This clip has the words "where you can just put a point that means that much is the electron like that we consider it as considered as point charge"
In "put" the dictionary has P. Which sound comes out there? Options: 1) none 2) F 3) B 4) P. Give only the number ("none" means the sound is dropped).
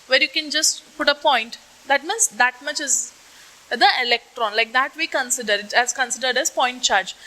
4